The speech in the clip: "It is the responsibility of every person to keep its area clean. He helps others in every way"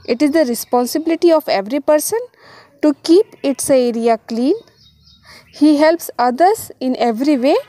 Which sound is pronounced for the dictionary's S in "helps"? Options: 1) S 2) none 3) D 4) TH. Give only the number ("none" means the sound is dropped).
1